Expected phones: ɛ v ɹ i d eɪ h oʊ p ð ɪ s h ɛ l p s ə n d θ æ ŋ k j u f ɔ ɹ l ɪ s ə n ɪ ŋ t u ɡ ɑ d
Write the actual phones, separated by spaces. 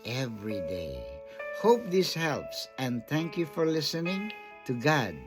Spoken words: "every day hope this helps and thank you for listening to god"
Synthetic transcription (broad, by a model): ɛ v ɹ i d eɪ h oʊ p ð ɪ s h ɛ l p s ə n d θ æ ŋ k j u f ɔ ɹ l ɪ s ə n ɪ ŋ t u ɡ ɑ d